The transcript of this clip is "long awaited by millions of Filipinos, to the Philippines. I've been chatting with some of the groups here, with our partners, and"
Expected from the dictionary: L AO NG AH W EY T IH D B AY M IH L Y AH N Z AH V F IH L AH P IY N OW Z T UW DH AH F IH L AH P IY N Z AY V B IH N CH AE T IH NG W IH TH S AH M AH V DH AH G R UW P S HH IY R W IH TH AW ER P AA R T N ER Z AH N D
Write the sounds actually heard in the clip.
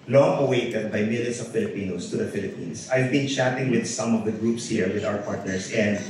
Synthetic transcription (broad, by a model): L AO NG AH W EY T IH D B AY M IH L Y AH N S AH V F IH L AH P IY N OW S T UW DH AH F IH L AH P IY N S AY V B IH N CH AE T IH NG W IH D S AH M AH V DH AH G R UW P S HH IY R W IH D AW ER P AA R T N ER S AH N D